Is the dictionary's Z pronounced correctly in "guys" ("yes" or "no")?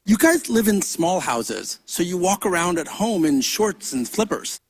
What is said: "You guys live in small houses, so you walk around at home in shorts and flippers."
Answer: yes